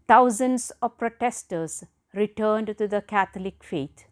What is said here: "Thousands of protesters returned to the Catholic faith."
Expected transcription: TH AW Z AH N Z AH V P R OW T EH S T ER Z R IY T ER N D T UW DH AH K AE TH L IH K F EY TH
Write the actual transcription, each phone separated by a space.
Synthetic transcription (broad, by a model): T AW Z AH N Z AH V P R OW T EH S T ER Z R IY T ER N D T UW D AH K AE T L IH K F EY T